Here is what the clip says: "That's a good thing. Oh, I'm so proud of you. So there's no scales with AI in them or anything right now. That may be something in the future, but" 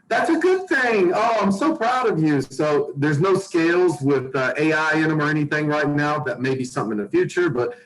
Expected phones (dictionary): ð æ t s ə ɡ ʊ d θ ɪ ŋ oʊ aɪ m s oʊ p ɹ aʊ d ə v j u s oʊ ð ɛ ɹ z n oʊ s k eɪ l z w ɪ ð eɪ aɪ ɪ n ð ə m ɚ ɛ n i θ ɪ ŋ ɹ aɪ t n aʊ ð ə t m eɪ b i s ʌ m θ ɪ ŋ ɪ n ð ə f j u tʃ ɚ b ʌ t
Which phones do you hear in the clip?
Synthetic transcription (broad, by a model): ð æ t s ə ɡ ʊ d θ ɪ ŋ oʊ aɪ m s oʊ p ɹ aʊ d ə v j u s oʊ ð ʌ ɹ z n oʊ s k eɪ l z w ɪ ð eɪ aɪ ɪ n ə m ɚ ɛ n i θ ɪ ŋ ɹ aɪ t n aʊ ð ə t m eɪ b i s ʌ m θ ɪ ŋ ɪ n ð ə f j u tʃ ɚ b ʌ t